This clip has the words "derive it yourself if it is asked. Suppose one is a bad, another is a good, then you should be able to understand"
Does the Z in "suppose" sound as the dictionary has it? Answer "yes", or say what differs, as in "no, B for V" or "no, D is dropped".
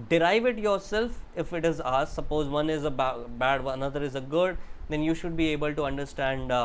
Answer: yes